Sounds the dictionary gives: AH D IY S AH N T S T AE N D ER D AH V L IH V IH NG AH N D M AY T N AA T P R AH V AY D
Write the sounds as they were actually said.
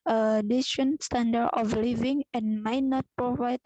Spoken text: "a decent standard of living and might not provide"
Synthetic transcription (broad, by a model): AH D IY SH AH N S T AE N D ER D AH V L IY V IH NG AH N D M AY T N AA T P R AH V AY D